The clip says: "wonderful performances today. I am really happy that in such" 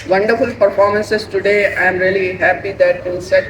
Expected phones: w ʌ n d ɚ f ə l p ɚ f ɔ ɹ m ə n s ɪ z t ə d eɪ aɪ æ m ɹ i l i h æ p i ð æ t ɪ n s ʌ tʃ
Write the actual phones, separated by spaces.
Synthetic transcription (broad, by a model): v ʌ n d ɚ f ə l p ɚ f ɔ ɹ m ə n s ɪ s t ə d eɪ aɪ m ɹ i l i h æ p i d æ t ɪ l s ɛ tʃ